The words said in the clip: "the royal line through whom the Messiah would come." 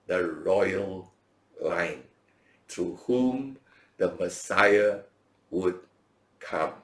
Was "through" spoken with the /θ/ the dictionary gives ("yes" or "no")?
no